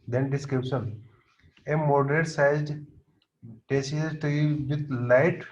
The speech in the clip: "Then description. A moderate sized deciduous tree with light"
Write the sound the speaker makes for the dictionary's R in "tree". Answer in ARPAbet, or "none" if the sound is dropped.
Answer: none